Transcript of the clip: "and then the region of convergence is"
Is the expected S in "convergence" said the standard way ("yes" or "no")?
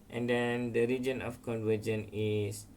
no